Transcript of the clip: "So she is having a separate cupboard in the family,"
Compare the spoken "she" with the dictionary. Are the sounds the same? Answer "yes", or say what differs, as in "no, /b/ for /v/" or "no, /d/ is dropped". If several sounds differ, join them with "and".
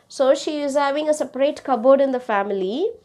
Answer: yes